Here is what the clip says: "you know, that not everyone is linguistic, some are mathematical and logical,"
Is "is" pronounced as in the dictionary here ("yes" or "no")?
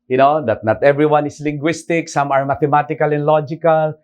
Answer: no